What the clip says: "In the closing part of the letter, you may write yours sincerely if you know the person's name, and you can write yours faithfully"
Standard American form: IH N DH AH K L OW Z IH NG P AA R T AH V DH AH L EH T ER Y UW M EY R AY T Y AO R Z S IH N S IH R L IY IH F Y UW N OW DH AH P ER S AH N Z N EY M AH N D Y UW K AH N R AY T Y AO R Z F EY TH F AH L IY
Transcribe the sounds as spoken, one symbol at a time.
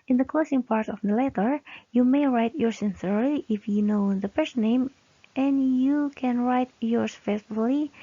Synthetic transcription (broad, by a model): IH N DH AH K L OW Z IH NG P AA R T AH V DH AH L EH T ER Y UW M EY R AY T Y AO R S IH N S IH R L IY IH F Y UW N OW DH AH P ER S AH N N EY M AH N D Y UW K AH N R AY T Y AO R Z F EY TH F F L IY